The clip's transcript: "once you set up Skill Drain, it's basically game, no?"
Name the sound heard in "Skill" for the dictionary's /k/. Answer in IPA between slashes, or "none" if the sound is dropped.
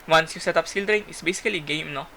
none